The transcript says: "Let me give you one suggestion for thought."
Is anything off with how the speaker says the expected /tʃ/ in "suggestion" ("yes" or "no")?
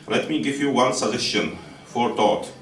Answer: yes